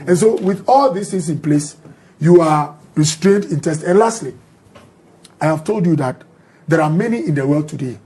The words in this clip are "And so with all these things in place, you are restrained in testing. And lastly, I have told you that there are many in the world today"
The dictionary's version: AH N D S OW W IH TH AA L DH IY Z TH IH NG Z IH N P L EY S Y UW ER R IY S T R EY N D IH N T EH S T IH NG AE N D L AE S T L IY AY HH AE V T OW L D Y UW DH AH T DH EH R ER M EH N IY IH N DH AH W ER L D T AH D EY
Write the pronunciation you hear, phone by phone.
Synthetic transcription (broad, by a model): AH N S OW W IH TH AA L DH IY S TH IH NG S IH N P L EY S Y UW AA R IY S T R EY N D IH N T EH S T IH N L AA S T L IY AY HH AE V T OW L D Y UW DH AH T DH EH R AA M EH N IY IH N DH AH W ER L D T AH D EY